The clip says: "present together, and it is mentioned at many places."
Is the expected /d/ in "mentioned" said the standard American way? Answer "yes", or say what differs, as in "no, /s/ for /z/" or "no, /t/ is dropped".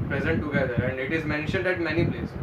yes